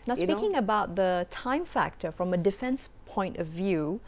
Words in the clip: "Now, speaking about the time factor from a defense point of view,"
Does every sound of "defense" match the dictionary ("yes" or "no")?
yes